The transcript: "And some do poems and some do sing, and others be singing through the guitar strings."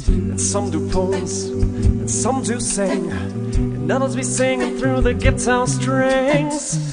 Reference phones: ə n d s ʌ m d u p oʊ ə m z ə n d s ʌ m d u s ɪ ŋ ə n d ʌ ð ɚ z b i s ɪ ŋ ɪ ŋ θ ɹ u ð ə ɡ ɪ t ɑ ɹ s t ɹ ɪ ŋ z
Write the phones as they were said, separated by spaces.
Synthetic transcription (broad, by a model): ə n s ʌ m d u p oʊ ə z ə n s ʌ m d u s ɪ ŋ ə n ʌ ð ɚ z b i s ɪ ŋ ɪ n θ ɹ u ð ə ɡ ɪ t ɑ s t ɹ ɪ ŋ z